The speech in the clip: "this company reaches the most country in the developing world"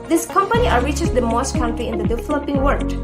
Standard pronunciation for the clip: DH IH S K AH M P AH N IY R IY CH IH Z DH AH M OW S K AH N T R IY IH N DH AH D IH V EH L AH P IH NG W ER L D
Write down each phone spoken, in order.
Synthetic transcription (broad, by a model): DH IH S K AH M P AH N IY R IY CH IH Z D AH M OW S K AH N T R IY IH N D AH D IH F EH L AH P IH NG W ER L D